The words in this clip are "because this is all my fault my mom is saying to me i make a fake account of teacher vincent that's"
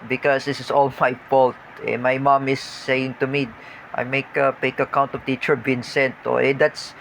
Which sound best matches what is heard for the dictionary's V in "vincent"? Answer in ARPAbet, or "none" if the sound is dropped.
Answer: B